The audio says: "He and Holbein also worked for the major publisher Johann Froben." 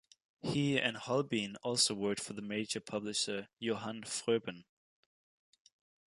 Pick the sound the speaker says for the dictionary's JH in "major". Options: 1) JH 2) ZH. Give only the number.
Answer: 1